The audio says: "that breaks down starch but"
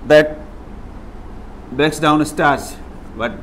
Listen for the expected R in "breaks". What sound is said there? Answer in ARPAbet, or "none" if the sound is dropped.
none